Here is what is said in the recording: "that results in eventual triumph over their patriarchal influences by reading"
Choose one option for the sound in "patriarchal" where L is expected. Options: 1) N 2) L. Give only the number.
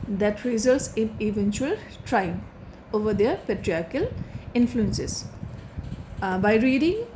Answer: 2